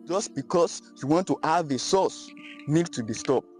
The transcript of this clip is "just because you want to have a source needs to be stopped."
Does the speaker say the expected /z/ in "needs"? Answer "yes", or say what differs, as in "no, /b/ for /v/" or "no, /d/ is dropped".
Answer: no, /z/ is dropped